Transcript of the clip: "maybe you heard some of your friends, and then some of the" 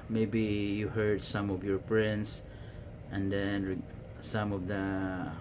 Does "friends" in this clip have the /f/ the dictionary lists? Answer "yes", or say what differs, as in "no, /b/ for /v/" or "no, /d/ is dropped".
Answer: no, /p/ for /f/